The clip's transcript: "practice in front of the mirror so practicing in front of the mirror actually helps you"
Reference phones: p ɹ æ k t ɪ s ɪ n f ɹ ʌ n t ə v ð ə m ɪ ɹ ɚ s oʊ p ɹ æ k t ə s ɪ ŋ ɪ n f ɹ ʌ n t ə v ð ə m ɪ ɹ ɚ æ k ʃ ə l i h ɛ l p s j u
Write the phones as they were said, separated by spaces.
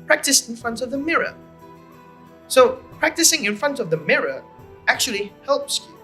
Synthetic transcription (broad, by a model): p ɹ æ k t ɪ s ɪ n f ɹ ʌ n t ə v ð ə m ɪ ɹ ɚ s oʊ p ɹ æ k t ə s ɪ ŋ ɪ n f ɹ ʌ n t ə v ð ə m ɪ ɹ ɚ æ k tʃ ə l i h ɛ l p s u